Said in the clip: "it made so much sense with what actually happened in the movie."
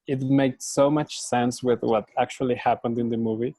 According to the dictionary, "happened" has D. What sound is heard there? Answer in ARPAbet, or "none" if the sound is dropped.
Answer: D